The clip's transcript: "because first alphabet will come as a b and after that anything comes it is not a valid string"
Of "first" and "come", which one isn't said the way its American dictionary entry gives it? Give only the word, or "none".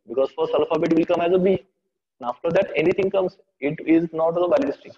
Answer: first